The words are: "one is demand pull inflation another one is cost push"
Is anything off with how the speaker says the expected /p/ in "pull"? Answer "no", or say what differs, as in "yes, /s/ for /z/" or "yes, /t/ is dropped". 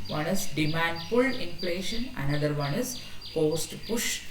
yes, /f/ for /p/